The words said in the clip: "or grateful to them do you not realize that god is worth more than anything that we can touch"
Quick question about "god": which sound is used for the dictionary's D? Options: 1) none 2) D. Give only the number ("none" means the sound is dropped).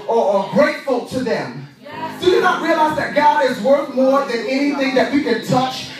2